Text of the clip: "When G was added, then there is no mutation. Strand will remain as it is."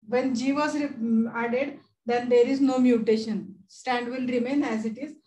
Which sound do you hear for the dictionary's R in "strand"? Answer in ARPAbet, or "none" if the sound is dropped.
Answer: none